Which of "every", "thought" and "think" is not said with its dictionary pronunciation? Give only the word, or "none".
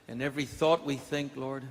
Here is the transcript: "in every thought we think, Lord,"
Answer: none